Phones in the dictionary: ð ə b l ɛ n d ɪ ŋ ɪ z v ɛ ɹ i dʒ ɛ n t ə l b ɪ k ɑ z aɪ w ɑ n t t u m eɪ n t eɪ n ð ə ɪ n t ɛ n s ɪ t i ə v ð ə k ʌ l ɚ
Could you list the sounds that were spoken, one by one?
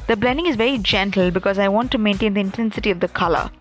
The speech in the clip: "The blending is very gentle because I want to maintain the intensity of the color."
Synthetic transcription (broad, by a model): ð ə b l ɛ n d ɪ ŋ ɪ z v ɛ ɹ i dʒ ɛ n t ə l b ɪ k ɑ z aɪ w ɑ n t t u m eɪ n t eɪ n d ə ɪ n t ɛ n s ɪ t i ə v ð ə k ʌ l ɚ